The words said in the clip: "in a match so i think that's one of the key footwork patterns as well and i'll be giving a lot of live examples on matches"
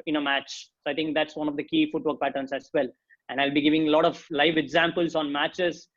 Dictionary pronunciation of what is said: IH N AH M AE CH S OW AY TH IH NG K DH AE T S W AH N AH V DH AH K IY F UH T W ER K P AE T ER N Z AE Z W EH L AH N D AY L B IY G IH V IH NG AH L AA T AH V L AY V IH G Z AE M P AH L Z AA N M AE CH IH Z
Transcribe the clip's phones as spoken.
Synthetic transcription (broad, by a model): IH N AH M AE CH S OW AY T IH NG K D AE T S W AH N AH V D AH K IY F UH T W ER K P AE T ER N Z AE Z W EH L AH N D AY L B IY G IH V IH NG AH L AA T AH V L AY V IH G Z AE M P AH L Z AA N M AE CH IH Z